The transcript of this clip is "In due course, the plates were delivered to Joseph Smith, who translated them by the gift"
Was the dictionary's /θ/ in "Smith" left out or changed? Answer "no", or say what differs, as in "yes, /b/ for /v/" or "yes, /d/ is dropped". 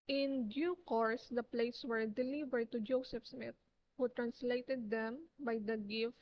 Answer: yes, /t/ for /θ/